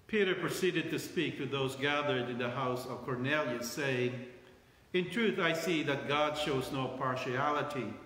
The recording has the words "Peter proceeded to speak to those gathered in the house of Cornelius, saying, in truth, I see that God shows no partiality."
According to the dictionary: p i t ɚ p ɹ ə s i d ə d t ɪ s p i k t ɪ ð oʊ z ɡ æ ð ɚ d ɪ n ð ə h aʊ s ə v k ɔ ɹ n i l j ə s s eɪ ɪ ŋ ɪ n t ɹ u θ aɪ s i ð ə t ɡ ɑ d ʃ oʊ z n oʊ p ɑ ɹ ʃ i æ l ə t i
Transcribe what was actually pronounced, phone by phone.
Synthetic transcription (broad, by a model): p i t ɚ p ɹ ə s i d ə d t ɪ s p i k t ɪ ð oʊ z ɡ æ ð ɚ d ɪ n ð ə h aʊ s ə v k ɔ ɹ n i l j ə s s eɪ ɪ ŋ ɪ n t ɹ u θ aɪ s i ð ə t ɡ ɑ d ʃ oʊ z n oʊ p ɑ ɹ ʃ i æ l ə t i